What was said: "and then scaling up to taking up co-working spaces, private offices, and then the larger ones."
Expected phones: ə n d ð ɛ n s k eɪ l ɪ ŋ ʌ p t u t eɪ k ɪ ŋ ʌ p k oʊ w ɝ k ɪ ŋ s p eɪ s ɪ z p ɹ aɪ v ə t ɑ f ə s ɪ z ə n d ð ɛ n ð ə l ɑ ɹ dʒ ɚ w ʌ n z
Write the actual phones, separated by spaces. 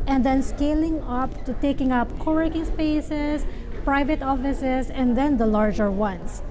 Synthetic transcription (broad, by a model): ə n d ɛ n s k eɪ l ɪ ŋ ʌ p t u t eɪ k ɪ ŋ ʌ p k oʊ w ɝ k ɪ ŋ s p eɪ s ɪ s p ɹ aɪ v ə t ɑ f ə s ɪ s ə n d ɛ n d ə l ɑ ɹ dʒ ɚ w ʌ n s